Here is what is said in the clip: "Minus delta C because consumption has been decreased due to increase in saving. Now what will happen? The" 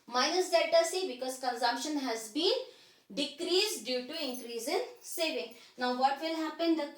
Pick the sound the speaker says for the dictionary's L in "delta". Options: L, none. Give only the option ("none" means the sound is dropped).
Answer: none